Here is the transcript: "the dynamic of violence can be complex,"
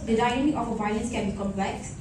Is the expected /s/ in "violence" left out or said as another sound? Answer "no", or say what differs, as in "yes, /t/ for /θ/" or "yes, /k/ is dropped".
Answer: no